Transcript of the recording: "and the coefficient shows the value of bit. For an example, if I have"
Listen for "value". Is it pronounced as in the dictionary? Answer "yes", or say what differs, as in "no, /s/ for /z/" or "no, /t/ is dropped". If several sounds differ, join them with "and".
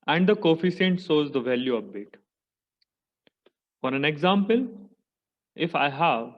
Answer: yes